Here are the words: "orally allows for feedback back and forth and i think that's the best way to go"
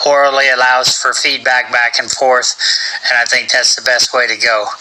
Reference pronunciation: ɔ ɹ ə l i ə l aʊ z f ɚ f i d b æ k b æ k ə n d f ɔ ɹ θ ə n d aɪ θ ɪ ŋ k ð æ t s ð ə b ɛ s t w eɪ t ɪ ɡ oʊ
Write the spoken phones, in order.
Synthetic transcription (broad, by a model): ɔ ɹ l l i ə l aʊ z f ɚ f i d b æ k b æ k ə n f ɔ ɹ θ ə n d aɪ θ ɪ ŋ k ð æ t s ð ə b ɛ s t w eɪ t ɪ ɡ oʊ